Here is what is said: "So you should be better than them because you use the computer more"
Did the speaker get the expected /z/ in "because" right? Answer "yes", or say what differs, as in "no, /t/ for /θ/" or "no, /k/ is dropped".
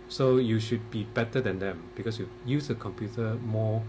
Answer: no, /s/ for /z/